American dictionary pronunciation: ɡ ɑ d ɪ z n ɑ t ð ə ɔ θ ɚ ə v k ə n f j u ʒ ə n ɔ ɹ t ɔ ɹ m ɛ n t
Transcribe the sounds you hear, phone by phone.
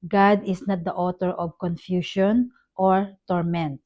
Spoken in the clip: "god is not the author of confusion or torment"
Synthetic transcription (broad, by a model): ɡ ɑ d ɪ s n ɑ t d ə ɔ t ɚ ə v k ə n f j u ʃ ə n ɔ ɹ t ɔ ɹ m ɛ n t